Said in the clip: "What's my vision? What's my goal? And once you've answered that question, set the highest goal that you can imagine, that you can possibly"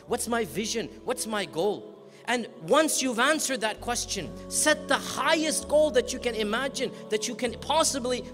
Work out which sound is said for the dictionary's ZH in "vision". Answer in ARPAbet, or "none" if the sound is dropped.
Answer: ZH